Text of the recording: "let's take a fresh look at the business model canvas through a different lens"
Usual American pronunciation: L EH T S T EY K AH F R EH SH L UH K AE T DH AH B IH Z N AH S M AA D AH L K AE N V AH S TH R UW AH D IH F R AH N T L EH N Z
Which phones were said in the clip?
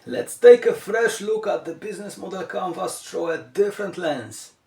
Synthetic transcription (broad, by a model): L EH T S T EY K AH F R EH SH L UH K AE T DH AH B IH Z N AH S M AA D AH L K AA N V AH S T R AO AH D IH F R AH N T L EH N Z